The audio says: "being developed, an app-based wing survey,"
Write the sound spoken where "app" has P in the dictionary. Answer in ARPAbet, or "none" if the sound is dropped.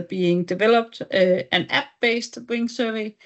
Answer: B